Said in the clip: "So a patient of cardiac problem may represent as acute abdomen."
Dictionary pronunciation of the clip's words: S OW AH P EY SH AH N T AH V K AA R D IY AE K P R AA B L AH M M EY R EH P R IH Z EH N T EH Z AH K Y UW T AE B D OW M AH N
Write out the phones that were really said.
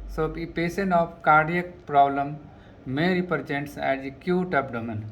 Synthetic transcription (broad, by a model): S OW AH P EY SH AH N AH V K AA R D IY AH K P R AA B L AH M M EY R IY P R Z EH N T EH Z AH K Y UW T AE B D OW M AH N